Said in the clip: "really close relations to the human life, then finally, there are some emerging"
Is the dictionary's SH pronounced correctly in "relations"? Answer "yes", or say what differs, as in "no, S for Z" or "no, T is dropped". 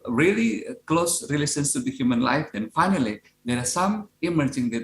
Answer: no, S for SH